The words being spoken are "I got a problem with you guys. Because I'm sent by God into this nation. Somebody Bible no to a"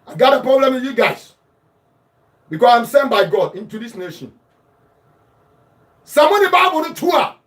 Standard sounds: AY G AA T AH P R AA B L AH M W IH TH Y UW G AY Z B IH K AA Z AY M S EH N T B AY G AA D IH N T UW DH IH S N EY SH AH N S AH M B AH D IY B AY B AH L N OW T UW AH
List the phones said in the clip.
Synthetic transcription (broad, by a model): AY G AA T AH P R AA B L AH M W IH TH Y UW G AY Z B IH K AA S AY M S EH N B AY G AA D IH N T UW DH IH S N EY SH AH N S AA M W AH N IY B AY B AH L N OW T UW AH